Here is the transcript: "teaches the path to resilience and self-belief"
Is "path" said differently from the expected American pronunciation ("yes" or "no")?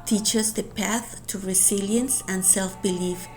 no